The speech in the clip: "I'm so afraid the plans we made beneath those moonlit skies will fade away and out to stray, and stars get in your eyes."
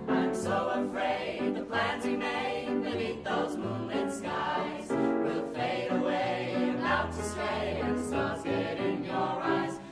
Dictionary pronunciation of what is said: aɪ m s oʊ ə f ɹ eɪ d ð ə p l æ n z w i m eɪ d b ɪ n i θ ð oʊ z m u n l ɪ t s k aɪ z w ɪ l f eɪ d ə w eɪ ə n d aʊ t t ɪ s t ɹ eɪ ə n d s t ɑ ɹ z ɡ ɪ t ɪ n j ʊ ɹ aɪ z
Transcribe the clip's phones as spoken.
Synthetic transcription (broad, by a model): aɪ m s oʊ ə f ɹ eɪ d ð ə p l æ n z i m eɪ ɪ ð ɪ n i t ð oʊ z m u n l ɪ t s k aɪ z w ɪ l f eɪ d ə w eɪ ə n aʊ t t ɪ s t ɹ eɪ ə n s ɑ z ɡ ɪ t ɪ n j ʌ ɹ aɪ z